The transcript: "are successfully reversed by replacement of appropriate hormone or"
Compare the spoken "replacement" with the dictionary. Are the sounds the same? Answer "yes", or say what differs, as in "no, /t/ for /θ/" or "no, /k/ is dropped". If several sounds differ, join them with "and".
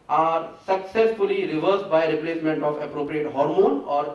yes